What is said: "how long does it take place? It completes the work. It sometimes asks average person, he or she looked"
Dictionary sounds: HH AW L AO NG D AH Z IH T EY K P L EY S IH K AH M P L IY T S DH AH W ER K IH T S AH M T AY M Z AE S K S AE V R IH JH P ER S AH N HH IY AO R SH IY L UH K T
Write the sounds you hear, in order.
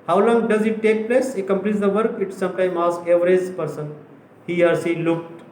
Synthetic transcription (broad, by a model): HH AW L AO NG D AH Z IH T EY K P L EY S IH K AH M P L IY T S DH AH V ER K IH T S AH M T AY M AA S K EH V R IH Z P ER S AH N HH IY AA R S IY L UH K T